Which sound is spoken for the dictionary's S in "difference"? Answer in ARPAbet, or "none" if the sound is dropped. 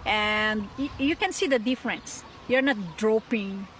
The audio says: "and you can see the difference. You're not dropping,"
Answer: S